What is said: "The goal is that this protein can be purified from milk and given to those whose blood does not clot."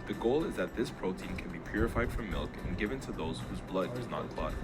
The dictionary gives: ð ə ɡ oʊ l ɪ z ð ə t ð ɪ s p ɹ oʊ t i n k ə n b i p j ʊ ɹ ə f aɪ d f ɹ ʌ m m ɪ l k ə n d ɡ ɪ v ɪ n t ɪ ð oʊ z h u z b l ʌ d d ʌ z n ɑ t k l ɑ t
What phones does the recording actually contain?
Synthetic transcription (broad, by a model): ð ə ɡ oʊ l ɪ z ð ə t ð ɪ s p ɹ oʊ t i n k ə n b i p j ʊ ɹ ə f aɪ d f ɹ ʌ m m ɪ l k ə n ɡ ɪ v ɪ n t ɪ ð oʊ z h u z b l ʌ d d ʌ z n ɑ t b l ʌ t